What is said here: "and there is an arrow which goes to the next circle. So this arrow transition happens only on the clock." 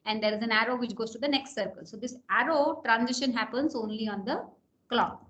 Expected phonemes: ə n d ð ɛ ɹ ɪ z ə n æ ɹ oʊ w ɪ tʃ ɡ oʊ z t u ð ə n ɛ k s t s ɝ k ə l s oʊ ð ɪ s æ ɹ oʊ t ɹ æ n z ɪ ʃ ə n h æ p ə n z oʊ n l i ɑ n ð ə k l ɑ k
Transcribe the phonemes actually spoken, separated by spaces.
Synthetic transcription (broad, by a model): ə n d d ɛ ɹ ɪ z ə n æ ɹ oʊ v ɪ tʃ ɡ oʊ z t u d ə n ɛ k s t s ɝ k ə l s oʊ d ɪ s æ ɹ oʊ t ɹ æ n z ɪ ʃ ə n h æ p ə n z oʊ n l i ɑ n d ə k l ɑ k